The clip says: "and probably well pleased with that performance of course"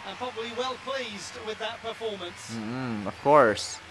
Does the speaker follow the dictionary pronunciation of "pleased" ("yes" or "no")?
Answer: yes